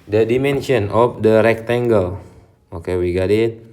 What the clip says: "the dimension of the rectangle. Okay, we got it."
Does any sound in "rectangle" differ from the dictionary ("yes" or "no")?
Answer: no